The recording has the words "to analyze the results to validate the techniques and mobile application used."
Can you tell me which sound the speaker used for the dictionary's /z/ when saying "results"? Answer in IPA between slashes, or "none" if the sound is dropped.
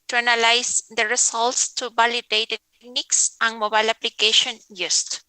/s/